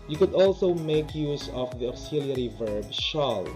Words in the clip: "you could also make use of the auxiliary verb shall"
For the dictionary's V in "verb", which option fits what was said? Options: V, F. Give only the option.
V